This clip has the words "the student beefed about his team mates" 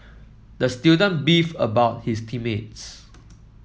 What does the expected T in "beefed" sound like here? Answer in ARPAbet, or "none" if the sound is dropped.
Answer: none